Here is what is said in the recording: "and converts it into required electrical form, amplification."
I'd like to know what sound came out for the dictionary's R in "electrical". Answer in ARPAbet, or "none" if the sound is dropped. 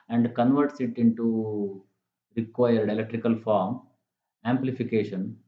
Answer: R